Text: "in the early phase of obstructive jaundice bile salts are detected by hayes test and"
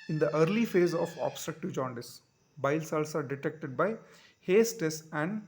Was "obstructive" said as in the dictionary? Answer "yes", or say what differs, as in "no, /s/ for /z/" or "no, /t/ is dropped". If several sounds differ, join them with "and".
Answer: yes